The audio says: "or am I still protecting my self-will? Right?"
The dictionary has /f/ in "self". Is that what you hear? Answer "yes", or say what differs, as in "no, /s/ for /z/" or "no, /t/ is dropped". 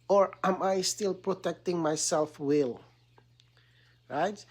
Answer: yes